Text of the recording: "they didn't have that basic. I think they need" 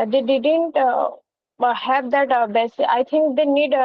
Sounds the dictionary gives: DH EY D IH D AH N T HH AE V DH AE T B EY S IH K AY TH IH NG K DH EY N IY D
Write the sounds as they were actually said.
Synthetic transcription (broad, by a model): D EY D IH D AH N T HH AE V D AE T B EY S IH AY T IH NG K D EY N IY D